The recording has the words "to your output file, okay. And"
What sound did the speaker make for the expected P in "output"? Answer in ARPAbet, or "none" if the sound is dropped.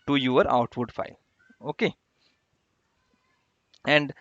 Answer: F